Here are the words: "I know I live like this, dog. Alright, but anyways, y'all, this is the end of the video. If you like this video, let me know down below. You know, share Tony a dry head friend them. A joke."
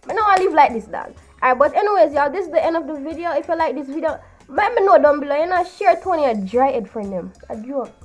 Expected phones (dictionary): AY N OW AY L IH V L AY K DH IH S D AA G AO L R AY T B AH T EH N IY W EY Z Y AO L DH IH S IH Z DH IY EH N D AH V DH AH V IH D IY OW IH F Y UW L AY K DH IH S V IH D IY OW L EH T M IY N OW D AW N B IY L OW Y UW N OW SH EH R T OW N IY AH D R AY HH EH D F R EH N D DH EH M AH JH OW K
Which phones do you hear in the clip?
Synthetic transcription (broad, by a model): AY N OW AY L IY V L AY K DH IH S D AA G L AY B AH T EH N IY W EY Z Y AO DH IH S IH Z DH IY EH N D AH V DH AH V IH D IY OW IH F Y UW L AY K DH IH S V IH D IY OW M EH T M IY N OW D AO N B IY L OW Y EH N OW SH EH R T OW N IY AH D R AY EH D F AH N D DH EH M AH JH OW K